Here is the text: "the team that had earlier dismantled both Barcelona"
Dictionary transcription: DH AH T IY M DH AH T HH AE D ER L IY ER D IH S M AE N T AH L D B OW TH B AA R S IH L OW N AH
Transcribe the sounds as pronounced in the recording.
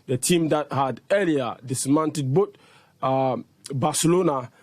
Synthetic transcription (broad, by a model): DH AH T IY M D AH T HH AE D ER L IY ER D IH S M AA N T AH D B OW T B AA S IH L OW N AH